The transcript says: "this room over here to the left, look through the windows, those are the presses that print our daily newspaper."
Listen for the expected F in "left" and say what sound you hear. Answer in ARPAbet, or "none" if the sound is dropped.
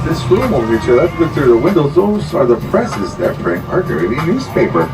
none